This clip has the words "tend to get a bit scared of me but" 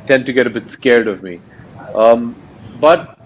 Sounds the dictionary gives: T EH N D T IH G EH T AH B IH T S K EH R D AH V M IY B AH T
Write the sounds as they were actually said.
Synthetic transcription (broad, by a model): T EH N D T IH G EH T AH B IH T S K EH R D AH V M IY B AH T